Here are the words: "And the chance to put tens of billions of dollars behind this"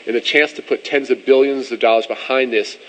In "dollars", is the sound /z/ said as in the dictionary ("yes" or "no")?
yes